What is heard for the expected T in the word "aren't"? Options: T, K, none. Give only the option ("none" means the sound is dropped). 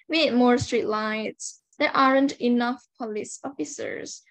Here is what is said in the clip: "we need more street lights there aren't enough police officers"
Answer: T